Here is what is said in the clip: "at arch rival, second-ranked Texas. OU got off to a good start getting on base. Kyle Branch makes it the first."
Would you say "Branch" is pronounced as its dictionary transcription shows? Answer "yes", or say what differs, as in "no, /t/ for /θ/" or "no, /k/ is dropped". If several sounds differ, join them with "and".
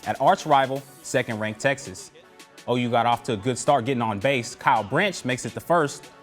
yes